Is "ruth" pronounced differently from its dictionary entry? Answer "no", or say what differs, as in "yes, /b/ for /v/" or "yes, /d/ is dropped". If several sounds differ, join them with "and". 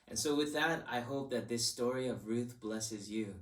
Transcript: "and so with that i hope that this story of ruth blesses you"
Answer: no